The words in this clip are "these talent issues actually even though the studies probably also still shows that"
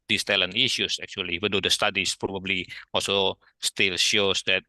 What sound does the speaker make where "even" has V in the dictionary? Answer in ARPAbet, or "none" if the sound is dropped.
W